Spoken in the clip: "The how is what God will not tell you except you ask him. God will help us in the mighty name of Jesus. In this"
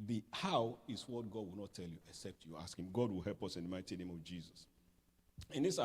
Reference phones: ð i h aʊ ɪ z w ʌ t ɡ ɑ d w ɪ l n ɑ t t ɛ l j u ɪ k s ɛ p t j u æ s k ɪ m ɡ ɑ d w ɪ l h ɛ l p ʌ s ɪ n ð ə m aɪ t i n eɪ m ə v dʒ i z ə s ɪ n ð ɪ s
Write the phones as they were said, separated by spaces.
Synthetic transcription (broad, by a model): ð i h aʊ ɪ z w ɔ t ɡ ɑ d w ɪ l n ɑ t t ɛ l j u ɪ k s ɛ p t j u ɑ s k ɪ m ɡ ɑ d w ɪ l h ɛ l p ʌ s ɪ n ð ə m aɪ t i n eɪ m ə v dʒ i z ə s ɪ n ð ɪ s